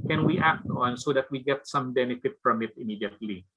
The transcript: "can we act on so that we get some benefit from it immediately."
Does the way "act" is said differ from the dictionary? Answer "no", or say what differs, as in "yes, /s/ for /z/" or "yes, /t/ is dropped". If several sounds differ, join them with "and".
no